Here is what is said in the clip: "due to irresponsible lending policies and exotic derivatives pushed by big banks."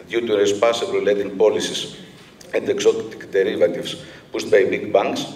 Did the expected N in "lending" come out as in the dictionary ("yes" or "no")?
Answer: no